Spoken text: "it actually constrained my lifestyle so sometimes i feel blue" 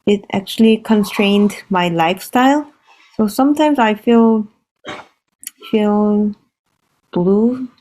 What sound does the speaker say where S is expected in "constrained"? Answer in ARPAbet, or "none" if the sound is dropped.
S